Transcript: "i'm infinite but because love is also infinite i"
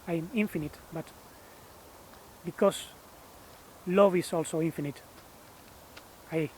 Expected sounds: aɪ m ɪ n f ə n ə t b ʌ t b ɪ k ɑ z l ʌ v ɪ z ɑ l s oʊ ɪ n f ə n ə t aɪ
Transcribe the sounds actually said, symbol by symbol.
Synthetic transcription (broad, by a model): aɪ m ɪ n f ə n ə t b ʌ t b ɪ k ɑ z l ʌ v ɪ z ɑ l s oʊ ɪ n f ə n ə t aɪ